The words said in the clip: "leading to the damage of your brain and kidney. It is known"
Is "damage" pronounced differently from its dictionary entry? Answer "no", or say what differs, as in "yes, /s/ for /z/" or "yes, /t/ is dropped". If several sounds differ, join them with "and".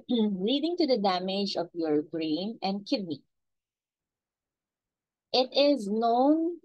no